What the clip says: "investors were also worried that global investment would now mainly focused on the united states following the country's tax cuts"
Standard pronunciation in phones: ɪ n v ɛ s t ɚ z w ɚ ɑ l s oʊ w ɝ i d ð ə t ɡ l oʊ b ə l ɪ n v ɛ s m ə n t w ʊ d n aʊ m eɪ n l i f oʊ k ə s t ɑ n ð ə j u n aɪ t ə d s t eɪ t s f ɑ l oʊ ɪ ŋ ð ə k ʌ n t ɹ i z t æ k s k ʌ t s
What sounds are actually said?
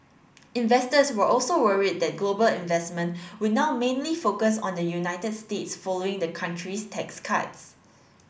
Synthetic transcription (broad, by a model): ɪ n v ɛ s t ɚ s w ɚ ɑ l s oʊ w ɝ i d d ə t ɡ l oʊ b ə l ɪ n v ɛ s m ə n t w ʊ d n aʊ m eɪ n l i f oʊ k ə s ɑ n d ə j u n aɪ t ə d s t eɪ t s f ɑ l oʊ ɪ ŋ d ə k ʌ n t ɹ i s t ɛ k s k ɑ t s